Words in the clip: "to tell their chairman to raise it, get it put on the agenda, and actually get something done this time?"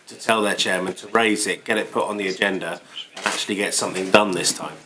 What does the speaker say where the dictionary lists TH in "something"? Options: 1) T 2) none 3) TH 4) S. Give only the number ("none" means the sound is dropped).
3